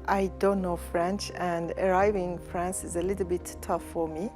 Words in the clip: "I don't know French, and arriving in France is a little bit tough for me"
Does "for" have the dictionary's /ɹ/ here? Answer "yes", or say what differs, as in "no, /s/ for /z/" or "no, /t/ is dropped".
yes